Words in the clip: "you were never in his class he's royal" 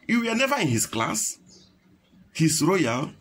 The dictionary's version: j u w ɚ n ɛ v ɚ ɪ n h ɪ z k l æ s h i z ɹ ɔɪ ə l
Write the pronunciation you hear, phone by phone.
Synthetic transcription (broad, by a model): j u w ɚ n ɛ v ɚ ɪ n h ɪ s k l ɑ s h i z ɹ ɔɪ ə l